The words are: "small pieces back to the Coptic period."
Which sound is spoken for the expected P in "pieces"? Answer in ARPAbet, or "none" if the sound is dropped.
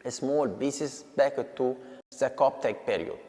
B